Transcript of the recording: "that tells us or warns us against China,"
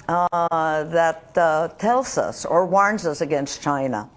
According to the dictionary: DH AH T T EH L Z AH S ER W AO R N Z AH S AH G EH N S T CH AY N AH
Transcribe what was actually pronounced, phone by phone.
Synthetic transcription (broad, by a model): DH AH T T EH L Z AH S ER W AO R N Z AH S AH G EH N S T CH AY N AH